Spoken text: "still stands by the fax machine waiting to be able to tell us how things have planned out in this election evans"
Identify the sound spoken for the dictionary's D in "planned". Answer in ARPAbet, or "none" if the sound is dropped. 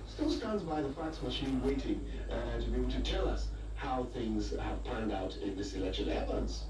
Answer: D